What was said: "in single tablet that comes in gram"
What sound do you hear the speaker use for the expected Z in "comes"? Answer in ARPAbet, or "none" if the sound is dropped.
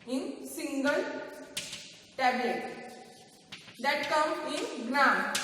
none